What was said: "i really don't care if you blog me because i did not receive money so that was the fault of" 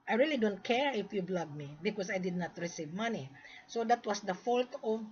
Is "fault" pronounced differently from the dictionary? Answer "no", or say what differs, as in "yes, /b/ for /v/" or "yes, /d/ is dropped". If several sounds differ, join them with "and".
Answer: no